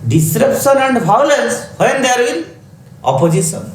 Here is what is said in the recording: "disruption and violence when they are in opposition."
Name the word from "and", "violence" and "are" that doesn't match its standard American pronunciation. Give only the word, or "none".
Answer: violence